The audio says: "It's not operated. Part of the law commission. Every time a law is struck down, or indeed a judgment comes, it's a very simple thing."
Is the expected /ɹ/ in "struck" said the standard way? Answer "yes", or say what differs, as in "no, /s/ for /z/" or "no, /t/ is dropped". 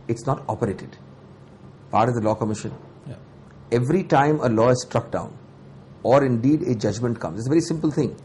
yes